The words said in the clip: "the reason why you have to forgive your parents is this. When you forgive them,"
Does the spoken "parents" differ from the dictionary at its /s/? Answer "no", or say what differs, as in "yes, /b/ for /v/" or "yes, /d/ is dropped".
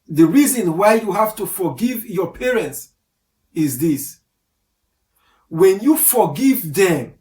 no